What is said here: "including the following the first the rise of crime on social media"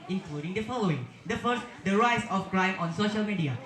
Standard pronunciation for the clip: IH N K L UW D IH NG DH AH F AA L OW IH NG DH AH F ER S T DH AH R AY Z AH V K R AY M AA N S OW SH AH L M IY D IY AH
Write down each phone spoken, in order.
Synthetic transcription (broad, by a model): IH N K L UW D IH NG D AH F AA L OW IH NG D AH F ER S T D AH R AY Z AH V K R AY M AA N S OW SH AH L M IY D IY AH